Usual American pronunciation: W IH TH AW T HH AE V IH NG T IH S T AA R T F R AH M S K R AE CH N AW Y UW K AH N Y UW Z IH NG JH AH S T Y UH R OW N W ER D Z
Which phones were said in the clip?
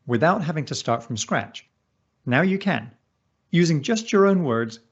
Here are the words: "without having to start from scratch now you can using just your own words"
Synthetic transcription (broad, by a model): W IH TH AW T HH AE V IH NG T IH S T AA R T F R AH M S K R AE CH N AW Y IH K AH N Y UW Z IH NG JH AH S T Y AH R OW N W ER D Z